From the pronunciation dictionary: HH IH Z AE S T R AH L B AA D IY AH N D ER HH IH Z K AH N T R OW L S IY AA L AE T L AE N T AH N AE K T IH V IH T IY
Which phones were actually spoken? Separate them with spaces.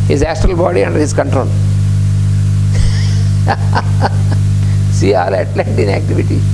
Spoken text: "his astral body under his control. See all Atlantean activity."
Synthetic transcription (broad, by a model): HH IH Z AE S T R AH L B AA D IY AH N D ER HH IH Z K AH N T R OW L S IY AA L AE T L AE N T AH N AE K T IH V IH T IY